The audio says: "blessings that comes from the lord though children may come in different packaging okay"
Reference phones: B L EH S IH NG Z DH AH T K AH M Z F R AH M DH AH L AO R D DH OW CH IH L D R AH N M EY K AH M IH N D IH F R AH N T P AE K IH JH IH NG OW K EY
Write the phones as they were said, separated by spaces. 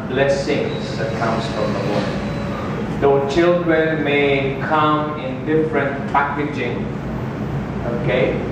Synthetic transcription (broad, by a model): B L EH S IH NG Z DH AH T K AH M S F R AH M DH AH W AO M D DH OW CH IH L D R AH N M EY K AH M IH N D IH F R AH N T P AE K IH JH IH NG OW K EY